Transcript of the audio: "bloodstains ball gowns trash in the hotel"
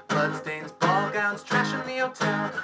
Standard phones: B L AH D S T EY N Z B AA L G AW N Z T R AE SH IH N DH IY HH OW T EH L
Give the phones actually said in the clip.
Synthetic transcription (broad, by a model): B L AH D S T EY N Z B AA L G AW N Z T R AE SH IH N DH IY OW T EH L